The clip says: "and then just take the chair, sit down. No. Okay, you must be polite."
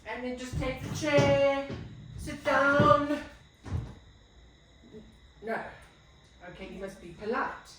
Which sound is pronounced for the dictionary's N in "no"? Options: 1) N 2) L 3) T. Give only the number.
1